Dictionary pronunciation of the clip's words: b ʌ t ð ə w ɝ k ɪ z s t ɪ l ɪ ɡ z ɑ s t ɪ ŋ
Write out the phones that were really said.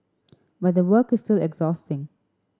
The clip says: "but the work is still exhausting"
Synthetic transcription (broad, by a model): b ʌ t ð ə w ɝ k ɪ s t ɪ l ɪ ɡ z ɑ s t ɪ ŋ